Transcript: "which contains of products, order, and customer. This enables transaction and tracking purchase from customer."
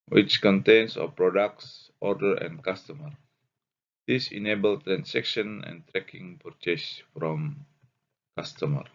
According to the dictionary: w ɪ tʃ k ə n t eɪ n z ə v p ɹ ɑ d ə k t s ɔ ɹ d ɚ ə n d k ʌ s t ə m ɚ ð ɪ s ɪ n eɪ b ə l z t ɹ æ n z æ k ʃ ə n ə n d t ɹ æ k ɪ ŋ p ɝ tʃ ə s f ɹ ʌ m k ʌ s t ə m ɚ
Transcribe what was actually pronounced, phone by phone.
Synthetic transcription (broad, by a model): w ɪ tʃ k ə n t eɪ n s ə p ɹ ɑ d ə k t s ɔ ɹ d ɚ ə n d k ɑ s t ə m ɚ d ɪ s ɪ n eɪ b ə l t ɹ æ n s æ k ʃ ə n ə n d t ɹ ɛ k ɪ ŋ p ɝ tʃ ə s f ɹ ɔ m k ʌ s t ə m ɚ